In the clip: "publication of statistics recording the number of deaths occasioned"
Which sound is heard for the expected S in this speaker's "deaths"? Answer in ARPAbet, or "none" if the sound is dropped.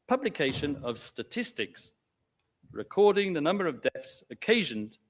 S